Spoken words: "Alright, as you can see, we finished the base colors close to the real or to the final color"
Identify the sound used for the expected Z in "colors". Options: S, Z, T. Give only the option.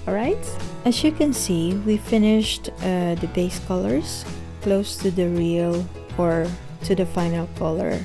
S